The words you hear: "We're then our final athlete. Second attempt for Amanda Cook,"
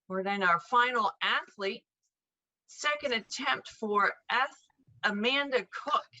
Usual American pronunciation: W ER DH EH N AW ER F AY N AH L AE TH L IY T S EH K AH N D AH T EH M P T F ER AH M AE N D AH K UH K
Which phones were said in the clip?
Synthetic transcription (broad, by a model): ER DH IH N AW ER F AY N L AE TH L IY T S EH K AH N D AH T EH M P T F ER AH M AE N D AH K UH K